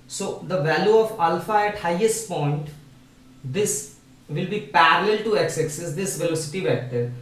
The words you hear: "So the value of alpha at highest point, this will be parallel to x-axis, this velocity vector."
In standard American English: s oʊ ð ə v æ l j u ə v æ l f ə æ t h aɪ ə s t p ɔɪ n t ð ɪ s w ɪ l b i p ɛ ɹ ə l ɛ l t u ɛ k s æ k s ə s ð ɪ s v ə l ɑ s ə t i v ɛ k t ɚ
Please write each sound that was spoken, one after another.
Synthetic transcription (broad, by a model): s oʊ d ə v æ l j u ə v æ l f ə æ t h aɪ ə s t p ɔɪ n t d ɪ s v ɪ l b i p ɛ ɹ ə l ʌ l t u ɛ k s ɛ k s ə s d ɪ s v ə l ɑ s ə t i v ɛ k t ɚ